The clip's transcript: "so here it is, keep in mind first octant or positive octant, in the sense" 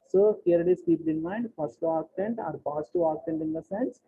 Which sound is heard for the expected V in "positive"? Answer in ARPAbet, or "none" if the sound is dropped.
none